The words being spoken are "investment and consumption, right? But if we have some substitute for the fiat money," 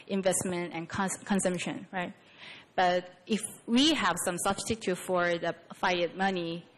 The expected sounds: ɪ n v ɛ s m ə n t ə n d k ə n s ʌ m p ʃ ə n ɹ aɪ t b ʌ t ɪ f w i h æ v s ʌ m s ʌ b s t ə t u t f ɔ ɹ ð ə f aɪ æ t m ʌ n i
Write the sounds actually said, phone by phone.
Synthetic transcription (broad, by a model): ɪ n v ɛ s m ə n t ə n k k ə n s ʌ m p ʃ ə n ɹ aɪ t b ʌ t ɪ f w i h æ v s ʌ m s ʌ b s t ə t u f ɔ ɹ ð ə f aɪ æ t m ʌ n i